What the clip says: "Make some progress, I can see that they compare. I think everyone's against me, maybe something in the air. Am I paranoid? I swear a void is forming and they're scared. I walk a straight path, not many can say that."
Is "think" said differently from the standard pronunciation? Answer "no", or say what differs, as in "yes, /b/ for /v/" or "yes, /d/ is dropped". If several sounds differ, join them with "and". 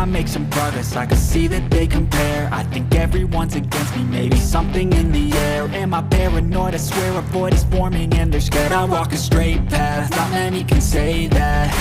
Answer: no